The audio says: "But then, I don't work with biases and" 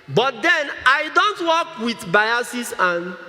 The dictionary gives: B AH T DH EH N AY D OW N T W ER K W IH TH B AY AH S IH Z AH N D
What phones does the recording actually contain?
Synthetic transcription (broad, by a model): B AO T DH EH N AY D OW N T W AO K W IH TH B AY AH S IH S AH N